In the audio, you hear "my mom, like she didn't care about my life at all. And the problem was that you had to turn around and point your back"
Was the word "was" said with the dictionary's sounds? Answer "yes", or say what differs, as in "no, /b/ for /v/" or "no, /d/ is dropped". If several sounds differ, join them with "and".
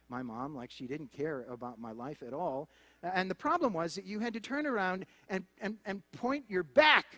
yes